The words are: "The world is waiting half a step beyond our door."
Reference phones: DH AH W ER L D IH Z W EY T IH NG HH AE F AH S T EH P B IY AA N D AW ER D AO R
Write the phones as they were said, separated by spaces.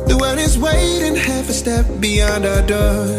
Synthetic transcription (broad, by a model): DH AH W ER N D IH Z W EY T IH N HH AE F AH S T EH P B IY AA N D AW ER D AO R